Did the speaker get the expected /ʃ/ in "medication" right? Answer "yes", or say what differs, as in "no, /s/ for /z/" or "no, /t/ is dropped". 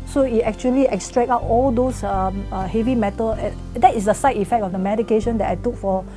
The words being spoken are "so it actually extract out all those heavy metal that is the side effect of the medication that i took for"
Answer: yes